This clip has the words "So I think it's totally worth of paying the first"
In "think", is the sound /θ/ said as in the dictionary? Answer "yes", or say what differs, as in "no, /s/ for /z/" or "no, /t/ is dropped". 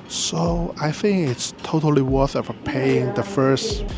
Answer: yes